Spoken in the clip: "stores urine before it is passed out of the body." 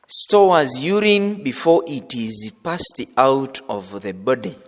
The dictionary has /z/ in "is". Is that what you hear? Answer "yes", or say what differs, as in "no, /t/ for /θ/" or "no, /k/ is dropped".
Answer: yes